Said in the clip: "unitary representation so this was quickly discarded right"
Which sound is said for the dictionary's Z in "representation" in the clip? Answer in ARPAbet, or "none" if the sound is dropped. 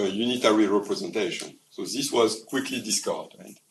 Z